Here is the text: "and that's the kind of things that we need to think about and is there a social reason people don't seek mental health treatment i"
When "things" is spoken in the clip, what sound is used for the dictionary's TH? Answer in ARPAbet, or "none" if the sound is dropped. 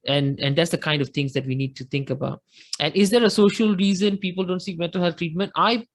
T